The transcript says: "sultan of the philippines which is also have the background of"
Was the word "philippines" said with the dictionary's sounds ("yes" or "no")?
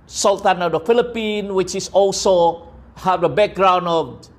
no